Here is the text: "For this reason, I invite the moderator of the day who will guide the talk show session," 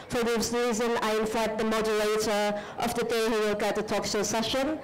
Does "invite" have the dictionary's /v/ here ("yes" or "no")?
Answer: no